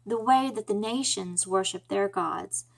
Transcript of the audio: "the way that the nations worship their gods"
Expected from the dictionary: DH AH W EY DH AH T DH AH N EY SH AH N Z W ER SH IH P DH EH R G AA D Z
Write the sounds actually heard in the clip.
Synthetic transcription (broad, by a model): DH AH W EY DH AH T DH AH N EY SH AH N Z W ER SH IH P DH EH R G AA D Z